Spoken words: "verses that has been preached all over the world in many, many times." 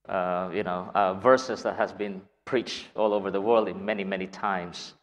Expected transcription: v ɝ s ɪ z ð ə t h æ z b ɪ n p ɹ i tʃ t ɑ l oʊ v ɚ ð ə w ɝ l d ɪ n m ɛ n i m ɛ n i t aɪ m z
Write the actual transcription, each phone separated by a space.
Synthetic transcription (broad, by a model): v ɝ s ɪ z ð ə t h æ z b ɪ n p ɹ i tʃ t ɑ l oʊ v ɚ ð ə w ɝ l d ɪ n m ɛ n i m ɛ n i t aɪ m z